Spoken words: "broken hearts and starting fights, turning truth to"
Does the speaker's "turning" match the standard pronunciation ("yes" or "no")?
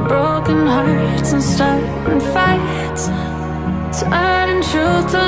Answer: no